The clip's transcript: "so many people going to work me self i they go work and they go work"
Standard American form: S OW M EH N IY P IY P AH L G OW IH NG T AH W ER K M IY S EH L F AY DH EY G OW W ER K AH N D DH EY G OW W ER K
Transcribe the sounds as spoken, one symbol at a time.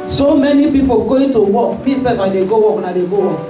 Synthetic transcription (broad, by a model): S OW M EH N IY P IY P AH L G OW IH T AH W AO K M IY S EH F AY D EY G OW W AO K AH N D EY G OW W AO